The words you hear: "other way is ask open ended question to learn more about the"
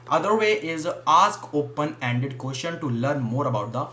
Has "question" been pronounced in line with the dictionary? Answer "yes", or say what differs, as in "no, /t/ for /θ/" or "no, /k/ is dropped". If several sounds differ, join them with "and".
no, /ʃ/ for /tʃ/